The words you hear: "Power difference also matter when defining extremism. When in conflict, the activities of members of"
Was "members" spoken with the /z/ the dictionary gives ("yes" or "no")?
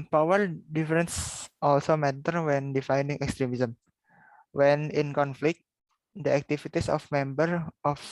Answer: no